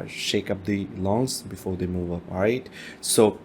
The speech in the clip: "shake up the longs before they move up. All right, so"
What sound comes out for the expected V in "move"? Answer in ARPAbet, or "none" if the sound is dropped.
V